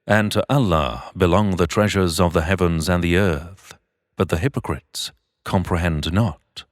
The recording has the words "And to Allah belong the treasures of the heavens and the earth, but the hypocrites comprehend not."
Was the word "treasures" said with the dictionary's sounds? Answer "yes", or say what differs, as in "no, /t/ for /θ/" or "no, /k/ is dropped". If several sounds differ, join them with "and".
yes